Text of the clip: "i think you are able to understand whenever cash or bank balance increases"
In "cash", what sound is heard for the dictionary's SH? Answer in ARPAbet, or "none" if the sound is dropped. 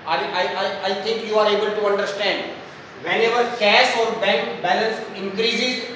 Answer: S